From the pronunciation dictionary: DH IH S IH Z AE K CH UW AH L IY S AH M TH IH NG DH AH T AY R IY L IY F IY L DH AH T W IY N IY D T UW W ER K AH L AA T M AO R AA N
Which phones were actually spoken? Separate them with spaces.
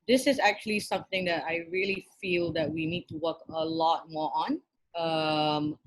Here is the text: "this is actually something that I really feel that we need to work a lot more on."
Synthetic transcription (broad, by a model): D IH S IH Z AE K CH UW AH L IY S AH M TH IH NG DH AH T AY R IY L IY F IY L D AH T W IY N IY D T UW W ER K AH L AA T M AO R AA N